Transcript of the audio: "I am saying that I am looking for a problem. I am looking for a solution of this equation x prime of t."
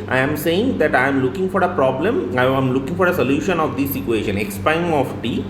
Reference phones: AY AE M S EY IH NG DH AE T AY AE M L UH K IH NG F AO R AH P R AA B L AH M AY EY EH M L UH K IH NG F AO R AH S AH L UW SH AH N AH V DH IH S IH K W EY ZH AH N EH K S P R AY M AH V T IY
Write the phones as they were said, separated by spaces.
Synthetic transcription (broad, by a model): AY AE M S EY IH NG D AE T AY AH M L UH K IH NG F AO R AH P R AA B L AH M AY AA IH M L UH K IH NG F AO R AH S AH L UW SH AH N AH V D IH S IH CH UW EY SH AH N EH K S P AY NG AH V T IY